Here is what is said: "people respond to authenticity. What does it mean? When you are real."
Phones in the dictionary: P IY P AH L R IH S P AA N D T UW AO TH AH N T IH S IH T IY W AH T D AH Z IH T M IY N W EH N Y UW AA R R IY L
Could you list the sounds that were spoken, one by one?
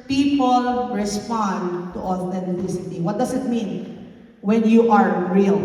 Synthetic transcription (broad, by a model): P IY P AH L R IH S P AA N D T UW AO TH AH N T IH S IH T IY W AH T D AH S IH T M IY N W EH N Y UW AA R R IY L